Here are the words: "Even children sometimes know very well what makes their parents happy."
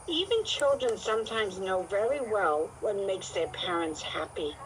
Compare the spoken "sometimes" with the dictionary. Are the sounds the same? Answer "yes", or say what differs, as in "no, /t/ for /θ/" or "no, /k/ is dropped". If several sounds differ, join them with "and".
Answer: yes